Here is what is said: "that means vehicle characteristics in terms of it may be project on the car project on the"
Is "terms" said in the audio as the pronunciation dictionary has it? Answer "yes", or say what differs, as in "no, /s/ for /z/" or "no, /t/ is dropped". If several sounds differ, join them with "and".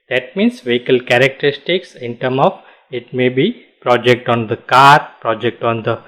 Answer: no, /z/ is dropped